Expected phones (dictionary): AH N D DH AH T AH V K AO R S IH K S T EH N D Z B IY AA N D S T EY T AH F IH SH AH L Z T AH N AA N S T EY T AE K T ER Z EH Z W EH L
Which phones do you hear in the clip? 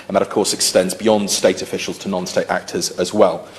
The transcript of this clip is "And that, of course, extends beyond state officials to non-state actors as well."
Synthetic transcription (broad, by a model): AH N DH AH T AH V K AO S IH K S T EH N D Z B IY AA N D S T EY T AH F IH SH AH L Z T AH N AA N S T EY T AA K T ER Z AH Z W EH L